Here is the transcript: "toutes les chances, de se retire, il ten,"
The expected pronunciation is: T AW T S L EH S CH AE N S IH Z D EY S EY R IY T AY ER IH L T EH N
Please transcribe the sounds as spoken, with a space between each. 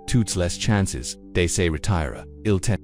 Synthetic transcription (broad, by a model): T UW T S L EH S CH AE N S IH Z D EY S EY R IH T AY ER IH L T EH